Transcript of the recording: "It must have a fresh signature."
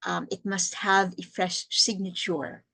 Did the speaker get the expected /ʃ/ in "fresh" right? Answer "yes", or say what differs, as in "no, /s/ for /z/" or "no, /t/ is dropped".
yes